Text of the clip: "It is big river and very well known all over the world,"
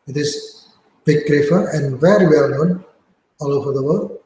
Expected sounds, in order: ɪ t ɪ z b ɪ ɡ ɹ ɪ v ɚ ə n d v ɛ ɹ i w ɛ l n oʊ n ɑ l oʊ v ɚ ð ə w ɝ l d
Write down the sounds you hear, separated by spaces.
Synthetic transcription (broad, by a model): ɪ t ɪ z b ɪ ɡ ɹ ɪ f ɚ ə n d v ɛ ɹ i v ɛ l n oʊ n ɑ l oʊ v ɚ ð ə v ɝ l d